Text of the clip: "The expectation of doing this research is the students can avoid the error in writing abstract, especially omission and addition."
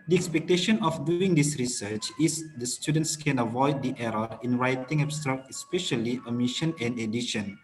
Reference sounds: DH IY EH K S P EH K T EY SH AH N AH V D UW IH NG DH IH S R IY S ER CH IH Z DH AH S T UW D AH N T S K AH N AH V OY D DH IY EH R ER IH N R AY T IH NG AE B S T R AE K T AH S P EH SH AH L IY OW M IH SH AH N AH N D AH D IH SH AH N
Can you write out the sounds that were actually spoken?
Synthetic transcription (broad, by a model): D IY EH K S P EH K T EY SH AH N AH F D UW IH NG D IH S R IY S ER CH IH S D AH S T UW D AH N T S K AH N AH V OY D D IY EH R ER IH N R AY T IH NG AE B S T R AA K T AH S P EH SH AH L IY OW M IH SH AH N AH N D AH D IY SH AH N